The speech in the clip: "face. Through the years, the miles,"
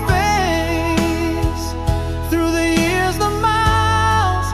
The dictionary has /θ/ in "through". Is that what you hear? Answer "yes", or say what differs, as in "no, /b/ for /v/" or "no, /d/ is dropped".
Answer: yes